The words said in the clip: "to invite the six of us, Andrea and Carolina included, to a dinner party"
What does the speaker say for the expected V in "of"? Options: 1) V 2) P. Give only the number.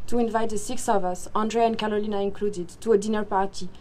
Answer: 1